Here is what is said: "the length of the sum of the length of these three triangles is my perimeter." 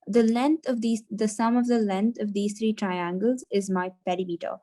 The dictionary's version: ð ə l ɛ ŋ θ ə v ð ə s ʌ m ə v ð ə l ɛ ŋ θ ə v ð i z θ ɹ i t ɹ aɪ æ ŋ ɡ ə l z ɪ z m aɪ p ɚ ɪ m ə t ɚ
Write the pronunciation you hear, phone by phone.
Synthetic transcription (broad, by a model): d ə l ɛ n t ə v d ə s ʌ m ə v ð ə l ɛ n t ə v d i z t ɹ i t ɹ aɪ æ ŋ ɡ ə l z ɪ z m aɪ p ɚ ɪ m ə t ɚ